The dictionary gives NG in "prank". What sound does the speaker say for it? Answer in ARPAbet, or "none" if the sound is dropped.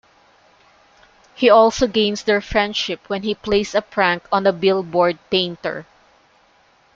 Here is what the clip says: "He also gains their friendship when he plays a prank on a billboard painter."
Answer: NG